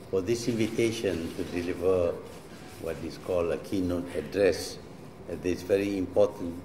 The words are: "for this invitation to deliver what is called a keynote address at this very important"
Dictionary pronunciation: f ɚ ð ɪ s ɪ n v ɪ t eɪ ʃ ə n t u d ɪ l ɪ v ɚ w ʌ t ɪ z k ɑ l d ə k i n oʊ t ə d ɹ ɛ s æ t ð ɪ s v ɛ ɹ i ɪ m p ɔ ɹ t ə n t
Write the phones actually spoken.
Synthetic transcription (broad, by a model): f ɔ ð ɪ s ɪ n v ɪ t eɪ ʃ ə n t u d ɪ l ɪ v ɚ w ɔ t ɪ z k ɑ l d ə k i n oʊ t ə d ɹ ɛ s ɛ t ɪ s v ɛ ɹ i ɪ m p ɔ t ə n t